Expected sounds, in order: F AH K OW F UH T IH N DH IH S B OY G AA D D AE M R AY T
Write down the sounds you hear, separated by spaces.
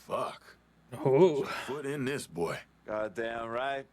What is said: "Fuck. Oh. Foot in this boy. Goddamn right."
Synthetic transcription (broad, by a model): F AH K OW P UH T IH N DH IH S B OY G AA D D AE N R AY T